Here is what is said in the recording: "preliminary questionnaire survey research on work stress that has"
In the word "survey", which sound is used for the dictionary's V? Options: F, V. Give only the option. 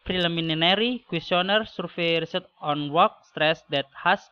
F